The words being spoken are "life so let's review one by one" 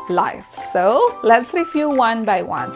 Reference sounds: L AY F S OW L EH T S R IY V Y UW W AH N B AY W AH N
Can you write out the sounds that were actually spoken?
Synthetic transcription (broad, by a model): L AY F S OW L EH T S R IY F Y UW W AH N B AY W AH N